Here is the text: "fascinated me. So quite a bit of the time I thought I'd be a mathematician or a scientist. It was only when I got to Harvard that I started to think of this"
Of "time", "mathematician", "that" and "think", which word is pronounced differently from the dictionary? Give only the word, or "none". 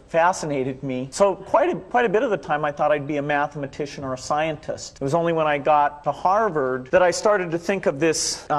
none